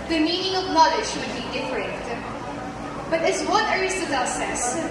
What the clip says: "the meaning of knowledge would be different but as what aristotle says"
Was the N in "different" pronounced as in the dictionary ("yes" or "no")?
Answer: no